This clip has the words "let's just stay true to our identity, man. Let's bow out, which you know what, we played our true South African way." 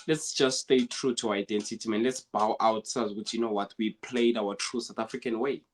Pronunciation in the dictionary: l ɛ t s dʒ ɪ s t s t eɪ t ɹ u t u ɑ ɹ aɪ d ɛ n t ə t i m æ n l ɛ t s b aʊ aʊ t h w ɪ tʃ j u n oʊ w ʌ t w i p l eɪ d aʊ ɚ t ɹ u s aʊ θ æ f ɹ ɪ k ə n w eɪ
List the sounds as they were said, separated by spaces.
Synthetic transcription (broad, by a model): l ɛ t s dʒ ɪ s t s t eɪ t ɹ u t u ɑ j d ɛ n t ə t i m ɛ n l ɛ t s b aʊ aʊ t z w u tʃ j u n oʊ w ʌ t w i p l eɪ d aʊ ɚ t ɹ u s aʊ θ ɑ f ɹ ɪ k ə n w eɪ